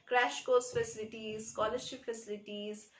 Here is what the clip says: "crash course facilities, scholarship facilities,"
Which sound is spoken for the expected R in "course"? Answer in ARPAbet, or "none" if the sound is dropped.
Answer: L